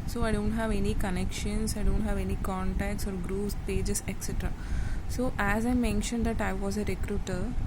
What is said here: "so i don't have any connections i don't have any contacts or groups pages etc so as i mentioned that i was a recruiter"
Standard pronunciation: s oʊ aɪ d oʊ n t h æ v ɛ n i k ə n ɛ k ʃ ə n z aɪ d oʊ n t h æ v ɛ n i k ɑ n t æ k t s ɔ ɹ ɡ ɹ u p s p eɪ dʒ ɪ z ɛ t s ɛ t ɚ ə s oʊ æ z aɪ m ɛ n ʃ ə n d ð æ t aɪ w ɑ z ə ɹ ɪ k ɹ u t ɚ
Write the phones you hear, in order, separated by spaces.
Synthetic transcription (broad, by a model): s oʊ aɪ d oʊ n t h æ v ɛ n i k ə n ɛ k ʃ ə n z aɪ d oʊ n t h æ v ɛ n i k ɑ n t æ k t s ɔ ɹ ɡ ɹ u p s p eɪ dʒ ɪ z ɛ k s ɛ t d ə s oʊ æ z aɪ m ɛ n ʃ ə n d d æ t aɪ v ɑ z ə ɹ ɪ k ɹ u t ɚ